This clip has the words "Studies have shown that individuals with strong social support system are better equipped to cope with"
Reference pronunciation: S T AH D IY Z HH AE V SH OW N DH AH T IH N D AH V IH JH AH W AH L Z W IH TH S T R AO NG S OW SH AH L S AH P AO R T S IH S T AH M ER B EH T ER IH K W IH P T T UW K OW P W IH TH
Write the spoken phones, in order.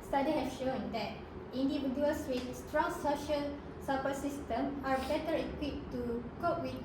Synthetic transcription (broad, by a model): S T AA D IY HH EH F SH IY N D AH T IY N D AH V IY JH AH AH L S W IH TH S T R AO NG S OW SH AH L S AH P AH S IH S T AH M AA B EH T ER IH K W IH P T T UW K OW P W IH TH